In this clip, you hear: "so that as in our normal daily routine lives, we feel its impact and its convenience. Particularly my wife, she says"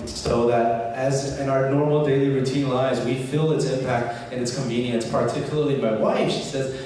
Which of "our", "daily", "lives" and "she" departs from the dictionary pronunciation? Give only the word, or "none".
lives